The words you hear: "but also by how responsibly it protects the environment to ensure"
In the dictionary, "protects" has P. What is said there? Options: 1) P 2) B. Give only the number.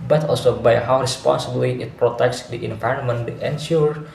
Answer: 1